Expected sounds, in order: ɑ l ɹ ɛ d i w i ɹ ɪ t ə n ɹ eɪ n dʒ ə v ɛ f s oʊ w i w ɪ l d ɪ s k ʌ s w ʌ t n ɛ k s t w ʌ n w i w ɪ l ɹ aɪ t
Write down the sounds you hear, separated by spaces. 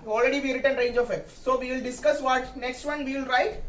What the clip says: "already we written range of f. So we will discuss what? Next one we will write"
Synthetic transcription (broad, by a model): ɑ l ɹ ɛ d i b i ɹ ɪ t ə n ɹ eɪ n dʒ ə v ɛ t s oʊ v i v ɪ l d ɪ s k ʌ s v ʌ t n ɛ k s t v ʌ n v i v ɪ l ɹ aɪ t